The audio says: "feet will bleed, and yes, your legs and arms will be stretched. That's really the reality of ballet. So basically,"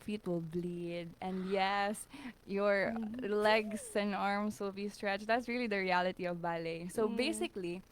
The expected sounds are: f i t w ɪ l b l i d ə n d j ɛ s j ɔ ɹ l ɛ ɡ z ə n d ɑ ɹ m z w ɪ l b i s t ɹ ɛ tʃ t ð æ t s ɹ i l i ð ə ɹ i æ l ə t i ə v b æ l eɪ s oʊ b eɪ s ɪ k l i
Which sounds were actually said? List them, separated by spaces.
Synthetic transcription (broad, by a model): f i t w ɪ l b l i d ə n d j ɛ s j ɔ ɹ l ɛ ɡ s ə n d ɑ ɹ m s w ɪ l b i s t ɹ ɛ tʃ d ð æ t s ɹ i l i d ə ɹ i æ l ə t i ə v b æ l eɪ s oʊ b eɪ s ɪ k l i